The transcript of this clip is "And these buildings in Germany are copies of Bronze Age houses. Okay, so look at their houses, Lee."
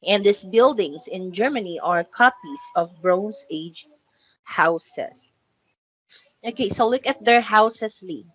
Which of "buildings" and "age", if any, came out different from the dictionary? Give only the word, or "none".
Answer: buildings